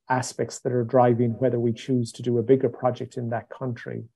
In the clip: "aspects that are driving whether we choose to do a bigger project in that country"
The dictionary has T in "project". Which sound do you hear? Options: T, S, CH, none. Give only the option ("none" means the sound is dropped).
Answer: T